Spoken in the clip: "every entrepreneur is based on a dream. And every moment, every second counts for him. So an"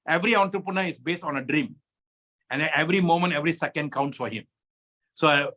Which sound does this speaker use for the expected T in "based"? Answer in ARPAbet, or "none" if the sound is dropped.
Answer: T